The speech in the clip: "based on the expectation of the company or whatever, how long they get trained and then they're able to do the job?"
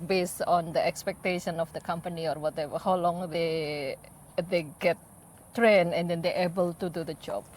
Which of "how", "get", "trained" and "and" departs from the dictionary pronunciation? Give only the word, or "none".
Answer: trained